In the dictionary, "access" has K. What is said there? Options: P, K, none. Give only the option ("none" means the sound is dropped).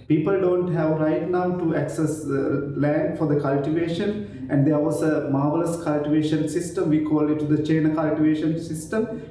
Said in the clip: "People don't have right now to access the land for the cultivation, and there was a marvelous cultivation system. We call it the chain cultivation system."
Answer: K